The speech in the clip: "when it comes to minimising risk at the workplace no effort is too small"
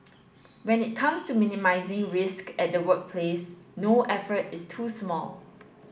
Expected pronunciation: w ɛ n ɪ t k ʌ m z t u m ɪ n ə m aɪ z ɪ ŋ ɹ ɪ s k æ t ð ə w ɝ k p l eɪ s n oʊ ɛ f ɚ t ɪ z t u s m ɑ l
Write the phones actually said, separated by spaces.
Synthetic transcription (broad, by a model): w ɛ n ɪ t k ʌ m s t u m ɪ n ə m aɪ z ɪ ŋ ɹ ɪ s k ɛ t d ə w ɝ k p l eɪ s n oʊ ɛ f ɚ t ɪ s t u s m ɑ l